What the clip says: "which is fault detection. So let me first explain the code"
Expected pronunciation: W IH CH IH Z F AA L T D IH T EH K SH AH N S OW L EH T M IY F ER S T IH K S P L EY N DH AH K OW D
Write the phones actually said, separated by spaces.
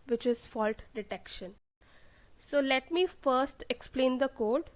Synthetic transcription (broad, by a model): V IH CH IH Z F AA L T D IH T EH K SH AH N S OW L EH T M IY F ER S T IH K S P L EY N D AH K OW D